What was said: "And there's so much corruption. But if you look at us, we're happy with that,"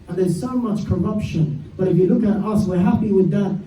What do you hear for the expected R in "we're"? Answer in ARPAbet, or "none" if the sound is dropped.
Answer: R